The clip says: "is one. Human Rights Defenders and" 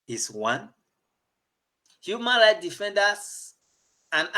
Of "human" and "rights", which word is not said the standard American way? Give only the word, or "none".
rights